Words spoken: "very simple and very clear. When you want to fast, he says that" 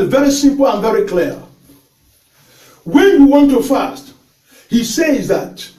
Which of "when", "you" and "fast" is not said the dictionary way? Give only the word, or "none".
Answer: none